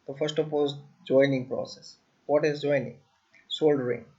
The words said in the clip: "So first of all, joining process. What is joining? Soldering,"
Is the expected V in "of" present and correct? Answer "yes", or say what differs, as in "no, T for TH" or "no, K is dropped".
no, P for V